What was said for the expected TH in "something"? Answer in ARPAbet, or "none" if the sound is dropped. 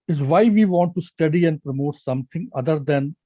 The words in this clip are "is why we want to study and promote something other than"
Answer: T